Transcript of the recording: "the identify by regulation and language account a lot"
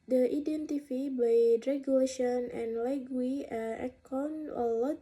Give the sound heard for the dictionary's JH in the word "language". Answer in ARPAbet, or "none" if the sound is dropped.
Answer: none